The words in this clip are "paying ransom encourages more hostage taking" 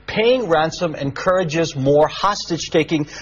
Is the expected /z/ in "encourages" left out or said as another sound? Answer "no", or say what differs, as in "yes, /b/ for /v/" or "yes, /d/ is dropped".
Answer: no